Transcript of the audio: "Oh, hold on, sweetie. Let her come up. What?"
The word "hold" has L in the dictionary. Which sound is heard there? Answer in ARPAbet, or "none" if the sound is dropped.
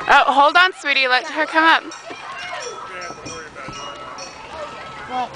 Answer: L